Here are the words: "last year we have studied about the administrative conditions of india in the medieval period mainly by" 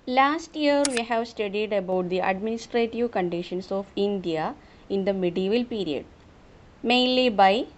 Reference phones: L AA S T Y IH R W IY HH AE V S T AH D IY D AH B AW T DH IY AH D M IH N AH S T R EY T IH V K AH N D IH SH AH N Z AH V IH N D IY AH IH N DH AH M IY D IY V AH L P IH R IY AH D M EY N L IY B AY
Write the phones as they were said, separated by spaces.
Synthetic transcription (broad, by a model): L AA S T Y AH R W IY HH AE V S T AH D IY D AH B AW T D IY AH D M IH N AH S T R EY T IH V K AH N D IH SH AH N S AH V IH N D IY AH IH N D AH M IY D IY V AH L P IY R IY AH D M EY N L IY B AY